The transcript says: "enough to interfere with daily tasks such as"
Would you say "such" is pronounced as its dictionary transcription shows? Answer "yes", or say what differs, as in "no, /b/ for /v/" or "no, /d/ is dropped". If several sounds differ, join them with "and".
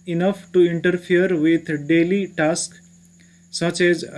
yes